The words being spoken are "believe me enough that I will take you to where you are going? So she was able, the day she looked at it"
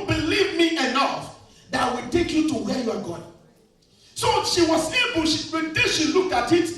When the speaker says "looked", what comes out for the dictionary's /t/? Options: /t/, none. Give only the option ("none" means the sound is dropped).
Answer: /t/